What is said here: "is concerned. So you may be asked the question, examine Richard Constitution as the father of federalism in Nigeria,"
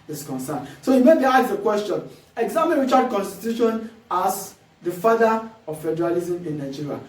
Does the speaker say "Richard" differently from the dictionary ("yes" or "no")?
yes